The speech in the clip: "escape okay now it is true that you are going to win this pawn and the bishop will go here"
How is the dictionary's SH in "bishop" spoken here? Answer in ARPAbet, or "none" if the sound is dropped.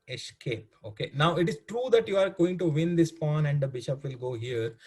SH